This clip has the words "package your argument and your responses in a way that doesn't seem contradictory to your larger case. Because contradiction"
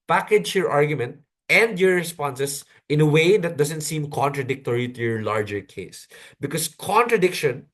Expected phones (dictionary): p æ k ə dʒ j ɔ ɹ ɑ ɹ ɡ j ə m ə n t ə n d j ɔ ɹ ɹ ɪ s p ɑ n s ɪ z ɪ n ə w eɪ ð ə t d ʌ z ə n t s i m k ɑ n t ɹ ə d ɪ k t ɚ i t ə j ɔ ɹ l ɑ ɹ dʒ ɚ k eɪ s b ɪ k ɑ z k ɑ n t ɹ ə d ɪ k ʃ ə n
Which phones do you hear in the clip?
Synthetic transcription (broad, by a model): p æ k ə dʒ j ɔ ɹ ɑ ɹ ɡ j ə m ə n t ə n d j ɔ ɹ ɹ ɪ s p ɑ n s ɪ s ɪ n ə w eɪ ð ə t d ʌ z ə n t s i m k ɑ n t ɹ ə d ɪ k t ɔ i t ə j ɔ ɹ l ɑ ɹ dʒ ɚ k eɪ s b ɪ k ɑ s k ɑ n t ɹ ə d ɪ k ʃ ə n